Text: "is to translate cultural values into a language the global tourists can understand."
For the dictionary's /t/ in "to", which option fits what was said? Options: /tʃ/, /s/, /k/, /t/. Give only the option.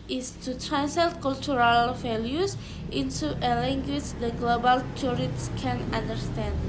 /t/